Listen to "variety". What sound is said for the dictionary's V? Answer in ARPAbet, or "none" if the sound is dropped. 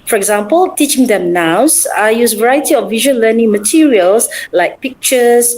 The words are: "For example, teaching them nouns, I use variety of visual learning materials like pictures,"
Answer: V